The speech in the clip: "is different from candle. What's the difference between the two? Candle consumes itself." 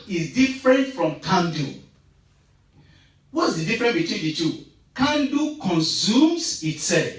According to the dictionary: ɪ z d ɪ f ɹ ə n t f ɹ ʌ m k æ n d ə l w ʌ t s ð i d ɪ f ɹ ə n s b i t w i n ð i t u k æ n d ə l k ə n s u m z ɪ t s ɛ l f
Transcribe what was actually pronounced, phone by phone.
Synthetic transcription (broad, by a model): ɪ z d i f ɹ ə n t f ɹ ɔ m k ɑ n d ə w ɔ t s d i d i f ɹ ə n b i t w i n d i t u k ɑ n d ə k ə n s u m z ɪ t s ɛ l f